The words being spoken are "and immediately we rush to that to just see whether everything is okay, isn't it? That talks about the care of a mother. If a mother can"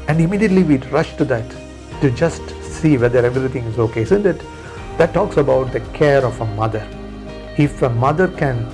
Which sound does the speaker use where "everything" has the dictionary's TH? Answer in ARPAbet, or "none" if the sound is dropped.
T